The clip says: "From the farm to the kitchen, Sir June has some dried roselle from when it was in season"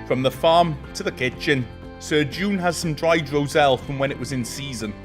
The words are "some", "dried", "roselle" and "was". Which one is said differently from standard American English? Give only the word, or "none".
none